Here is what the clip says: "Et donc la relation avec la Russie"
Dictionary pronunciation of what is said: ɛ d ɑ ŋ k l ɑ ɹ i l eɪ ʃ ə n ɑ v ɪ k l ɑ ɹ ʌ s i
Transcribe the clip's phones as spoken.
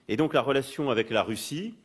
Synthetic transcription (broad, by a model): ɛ d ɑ k l ɑ ɹ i l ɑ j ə ɑ v ɪ k l ɑ ɹ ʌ s i